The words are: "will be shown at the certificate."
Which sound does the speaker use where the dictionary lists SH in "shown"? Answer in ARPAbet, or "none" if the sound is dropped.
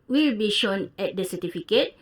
SH